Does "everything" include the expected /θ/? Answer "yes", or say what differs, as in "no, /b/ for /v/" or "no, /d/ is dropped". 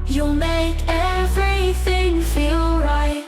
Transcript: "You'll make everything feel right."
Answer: yes